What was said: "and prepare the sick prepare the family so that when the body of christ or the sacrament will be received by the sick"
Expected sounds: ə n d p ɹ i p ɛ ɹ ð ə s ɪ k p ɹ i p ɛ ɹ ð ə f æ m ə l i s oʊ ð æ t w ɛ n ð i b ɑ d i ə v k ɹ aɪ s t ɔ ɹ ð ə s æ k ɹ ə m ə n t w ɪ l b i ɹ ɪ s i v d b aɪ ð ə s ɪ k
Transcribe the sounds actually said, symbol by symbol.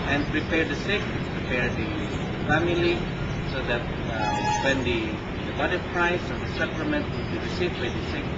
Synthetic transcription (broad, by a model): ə n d p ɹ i p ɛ ɹ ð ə s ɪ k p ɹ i p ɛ ɹ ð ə f æ m ə l i s oʊ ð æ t w ɛ n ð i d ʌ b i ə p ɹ aɪ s ɔ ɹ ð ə s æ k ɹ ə m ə n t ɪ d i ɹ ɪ s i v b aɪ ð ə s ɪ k